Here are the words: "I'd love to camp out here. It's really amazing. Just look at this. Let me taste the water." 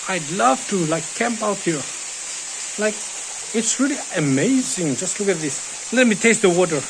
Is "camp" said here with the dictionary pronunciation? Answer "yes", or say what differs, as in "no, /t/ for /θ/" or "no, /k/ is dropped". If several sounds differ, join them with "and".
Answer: yes